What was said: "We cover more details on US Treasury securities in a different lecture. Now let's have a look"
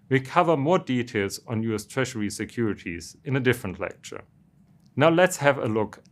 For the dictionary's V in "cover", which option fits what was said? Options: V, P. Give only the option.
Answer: V